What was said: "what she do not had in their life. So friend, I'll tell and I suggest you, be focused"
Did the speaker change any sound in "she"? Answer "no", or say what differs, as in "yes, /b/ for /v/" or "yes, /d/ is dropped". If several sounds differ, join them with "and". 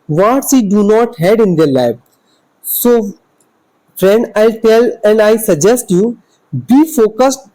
yes, /s/ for /ʃ/